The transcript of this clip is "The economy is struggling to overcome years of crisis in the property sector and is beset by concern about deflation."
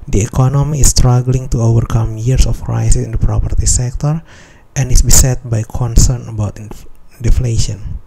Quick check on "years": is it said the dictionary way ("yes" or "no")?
no